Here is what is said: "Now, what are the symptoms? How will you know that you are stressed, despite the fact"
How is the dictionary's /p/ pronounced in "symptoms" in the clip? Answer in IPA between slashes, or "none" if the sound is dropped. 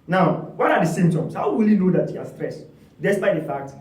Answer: none